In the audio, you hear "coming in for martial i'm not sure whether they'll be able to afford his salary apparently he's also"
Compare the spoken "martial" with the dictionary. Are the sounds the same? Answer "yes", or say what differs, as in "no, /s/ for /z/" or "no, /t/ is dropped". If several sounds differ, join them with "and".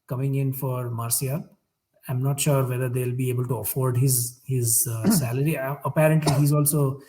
no, /s/ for /ʃ/